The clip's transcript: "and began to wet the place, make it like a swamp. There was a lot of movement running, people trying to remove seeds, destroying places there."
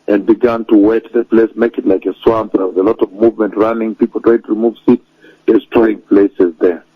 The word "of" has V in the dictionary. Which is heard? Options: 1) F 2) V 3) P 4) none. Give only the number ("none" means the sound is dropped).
2